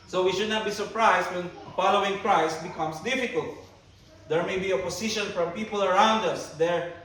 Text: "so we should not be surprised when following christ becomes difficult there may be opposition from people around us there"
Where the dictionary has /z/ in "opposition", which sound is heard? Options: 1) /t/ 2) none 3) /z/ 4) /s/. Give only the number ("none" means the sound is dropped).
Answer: 4